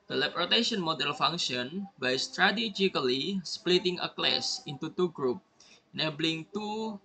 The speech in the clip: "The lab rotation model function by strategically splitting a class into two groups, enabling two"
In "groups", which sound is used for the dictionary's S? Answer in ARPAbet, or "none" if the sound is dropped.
none